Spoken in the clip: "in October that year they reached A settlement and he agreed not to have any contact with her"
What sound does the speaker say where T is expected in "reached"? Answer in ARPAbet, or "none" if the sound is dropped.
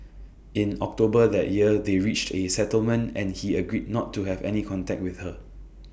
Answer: T